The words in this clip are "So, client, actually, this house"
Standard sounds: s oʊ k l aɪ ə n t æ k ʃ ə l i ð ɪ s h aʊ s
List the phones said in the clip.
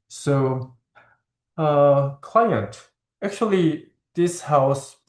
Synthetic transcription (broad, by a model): s oʊ k l aɪ ə n t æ k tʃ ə l i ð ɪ s h aʊ s